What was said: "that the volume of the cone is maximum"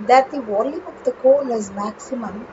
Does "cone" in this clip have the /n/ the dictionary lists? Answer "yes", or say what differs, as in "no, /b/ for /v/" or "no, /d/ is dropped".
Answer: no, /l/ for /n/